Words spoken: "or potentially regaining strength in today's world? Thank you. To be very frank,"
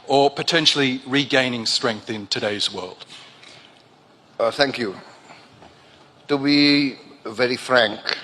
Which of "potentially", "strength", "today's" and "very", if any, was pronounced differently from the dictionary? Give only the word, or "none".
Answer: none